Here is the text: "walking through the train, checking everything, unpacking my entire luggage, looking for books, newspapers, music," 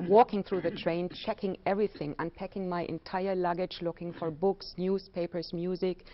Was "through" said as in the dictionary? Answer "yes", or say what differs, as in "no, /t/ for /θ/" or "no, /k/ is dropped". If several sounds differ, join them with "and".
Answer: yes